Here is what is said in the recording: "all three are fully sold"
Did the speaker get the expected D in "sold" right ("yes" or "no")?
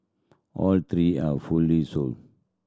no